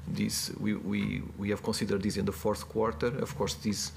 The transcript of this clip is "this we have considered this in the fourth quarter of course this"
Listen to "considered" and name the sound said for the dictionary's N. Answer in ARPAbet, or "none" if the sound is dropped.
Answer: none